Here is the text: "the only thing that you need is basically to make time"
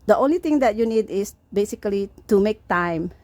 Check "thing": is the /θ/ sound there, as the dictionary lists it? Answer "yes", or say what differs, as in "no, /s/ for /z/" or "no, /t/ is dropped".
no, /t/ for /θ/